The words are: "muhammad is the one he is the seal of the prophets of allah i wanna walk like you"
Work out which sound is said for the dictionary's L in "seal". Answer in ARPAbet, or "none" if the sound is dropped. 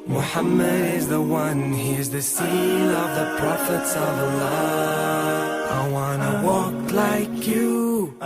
N